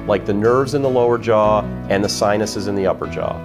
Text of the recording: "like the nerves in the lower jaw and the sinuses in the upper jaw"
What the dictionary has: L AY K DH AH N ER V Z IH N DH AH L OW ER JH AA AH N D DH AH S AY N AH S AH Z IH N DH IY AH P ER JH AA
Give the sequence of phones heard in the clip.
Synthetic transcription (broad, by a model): L AY K DH AH N ER V Z IH N DH AH L OW ER JH AA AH N DH AH S AY N AH S AH Z IH N DH IY AH P ER JH AA